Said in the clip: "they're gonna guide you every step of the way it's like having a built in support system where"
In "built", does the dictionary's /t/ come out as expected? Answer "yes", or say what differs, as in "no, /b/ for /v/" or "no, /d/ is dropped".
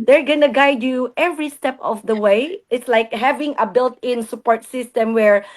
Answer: yes